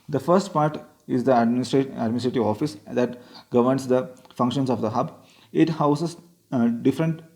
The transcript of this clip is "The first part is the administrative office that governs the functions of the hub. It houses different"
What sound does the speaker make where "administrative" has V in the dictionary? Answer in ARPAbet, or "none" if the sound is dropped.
V